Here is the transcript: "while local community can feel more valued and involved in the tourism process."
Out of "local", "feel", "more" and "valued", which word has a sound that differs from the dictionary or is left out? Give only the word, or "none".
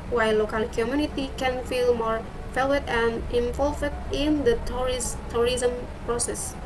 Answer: valued